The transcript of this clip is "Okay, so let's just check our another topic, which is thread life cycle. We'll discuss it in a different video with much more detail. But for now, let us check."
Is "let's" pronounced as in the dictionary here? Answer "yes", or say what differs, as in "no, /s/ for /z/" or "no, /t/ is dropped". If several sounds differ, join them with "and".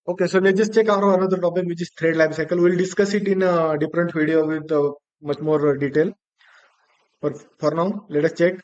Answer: no, /s/ is dropped